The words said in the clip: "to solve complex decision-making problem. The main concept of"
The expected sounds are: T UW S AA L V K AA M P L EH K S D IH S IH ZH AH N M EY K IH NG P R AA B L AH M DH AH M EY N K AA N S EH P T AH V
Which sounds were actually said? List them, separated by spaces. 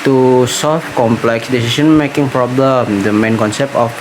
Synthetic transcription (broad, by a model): T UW S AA L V K AA M P L EH K S D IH S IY SH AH N M EY K IH NG P R AA B L AH M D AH M EY N K AA N S EH P T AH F